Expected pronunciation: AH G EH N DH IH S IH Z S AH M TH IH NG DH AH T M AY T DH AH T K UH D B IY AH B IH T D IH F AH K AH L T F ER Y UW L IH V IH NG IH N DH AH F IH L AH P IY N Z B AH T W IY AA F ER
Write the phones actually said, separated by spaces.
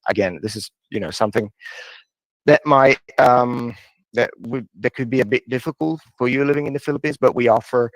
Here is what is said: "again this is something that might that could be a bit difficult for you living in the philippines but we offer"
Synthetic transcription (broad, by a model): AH G EH N DH IH S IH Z S AH M TH IH NG DH AH T M AY T DH AH T K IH D B IY AH B IH T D IH F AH K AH L T F ER Y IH L IH V IH NG IH N DH AH F IH L AH P IY N Z B AH T W IY AA F ER